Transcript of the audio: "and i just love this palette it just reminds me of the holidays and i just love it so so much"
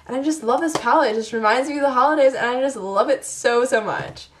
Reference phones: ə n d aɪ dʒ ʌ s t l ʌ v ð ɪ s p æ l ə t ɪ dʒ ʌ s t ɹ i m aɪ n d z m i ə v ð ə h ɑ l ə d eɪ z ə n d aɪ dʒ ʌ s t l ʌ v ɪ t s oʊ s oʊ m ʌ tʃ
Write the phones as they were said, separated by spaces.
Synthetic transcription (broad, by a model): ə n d aɪ dʒ ʌ s t l ʌ v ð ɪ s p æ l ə ɪ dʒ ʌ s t ɹ i m aɪ n d z m i ð ə h ɑ l ə d eɪ z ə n aɪ dʒ ʌ s t l ʌ v ɪ t s oʊ s oʊ m ʌ tʃ